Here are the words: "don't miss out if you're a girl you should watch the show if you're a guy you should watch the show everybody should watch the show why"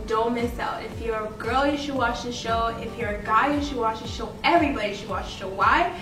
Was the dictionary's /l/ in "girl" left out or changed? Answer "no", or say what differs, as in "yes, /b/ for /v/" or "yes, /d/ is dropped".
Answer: no